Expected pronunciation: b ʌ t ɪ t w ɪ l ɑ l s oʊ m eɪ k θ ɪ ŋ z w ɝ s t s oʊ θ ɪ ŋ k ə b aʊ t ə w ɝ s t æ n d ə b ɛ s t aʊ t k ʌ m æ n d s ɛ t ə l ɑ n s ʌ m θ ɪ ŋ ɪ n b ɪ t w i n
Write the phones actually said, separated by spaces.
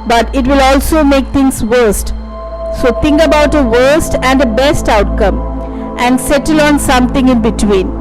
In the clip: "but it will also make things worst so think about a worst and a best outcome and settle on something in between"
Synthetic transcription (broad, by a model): b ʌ t ɪ t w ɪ l ɑ l s oʊ m eɪ k t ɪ ŋ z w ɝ s t s oʊ t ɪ ŋ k ə b aʊ t ə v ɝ s t æ n d ə b ɛ s t aʊ t k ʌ m æ n d s ɛ t ə l ɑ n s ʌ m t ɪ ŋ ɪ n b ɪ t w i n